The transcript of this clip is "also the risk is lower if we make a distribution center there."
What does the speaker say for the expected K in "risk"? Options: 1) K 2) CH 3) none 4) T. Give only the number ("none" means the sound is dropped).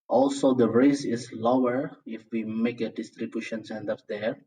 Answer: 3